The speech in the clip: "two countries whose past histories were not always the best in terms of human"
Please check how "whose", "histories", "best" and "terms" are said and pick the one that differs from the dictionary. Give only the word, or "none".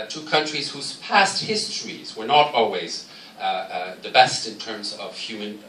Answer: none